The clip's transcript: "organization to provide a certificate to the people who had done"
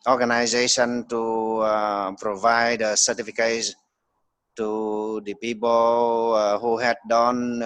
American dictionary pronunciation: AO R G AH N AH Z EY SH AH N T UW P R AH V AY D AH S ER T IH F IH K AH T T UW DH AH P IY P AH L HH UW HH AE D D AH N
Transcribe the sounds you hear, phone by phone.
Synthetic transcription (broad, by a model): AO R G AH N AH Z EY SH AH N T UW P R AH V AY D AH S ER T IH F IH K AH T T UW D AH P IY P AH L HH UW HH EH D D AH N